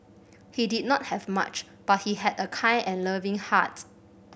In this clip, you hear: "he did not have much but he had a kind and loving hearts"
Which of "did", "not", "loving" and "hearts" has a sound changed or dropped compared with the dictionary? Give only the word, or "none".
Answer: hearts